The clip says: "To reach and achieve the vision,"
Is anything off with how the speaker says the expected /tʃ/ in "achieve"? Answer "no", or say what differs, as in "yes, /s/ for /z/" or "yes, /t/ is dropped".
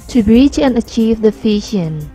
no